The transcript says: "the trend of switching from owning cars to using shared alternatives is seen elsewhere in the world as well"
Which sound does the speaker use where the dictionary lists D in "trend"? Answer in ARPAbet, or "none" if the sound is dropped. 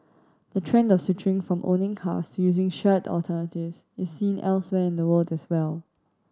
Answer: D